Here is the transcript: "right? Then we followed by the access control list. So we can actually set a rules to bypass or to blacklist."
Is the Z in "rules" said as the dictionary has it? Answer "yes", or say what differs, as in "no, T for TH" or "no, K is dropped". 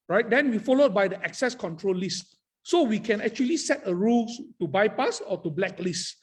no, Z is dropped